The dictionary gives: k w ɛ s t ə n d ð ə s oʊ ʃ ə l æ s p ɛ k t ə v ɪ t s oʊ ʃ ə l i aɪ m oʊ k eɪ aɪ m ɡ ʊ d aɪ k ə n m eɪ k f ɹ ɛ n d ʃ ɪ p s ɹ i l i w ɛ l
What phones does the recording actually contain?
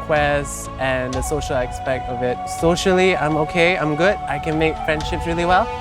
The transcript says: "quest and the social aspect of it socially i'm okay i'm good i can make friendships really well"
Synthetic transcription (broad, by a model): k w ɛ s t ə n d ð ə s oʊ ʃ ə l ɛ s p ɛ k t ə v ɪ t s oʊ ʃ ə l i aɪ m oʊ k eɪ aɪ m ɡ ʊ d aɪ k ə n m eɪ k f ɹ ɛ n d ʃ ɪ p s ɹ i l i w ɛ l